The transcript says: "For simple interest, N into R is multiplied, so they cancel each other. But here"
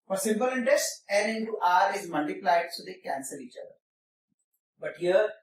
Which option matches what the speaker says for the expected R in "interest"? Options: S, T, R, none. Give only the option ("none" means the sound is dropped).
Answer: R